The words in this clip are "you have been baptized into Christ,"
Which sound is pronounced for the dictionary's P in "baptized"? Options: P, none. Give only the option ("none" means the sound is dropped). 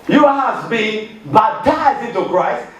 none